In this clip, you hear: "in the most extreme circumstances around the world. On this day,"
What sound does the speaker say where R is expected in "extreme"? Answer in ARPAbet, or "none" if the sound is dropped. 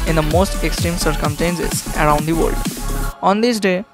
R